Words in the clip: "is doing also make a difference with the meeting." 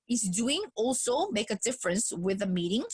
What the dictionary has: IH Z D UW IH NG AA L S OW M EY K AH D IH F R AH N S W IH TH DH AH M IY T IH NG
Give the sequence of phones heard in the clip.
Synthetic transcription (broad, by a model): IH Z D UW IH NG AA L S OW M EY K AH D IH F R AH N S W IH DH AH M IY T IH NG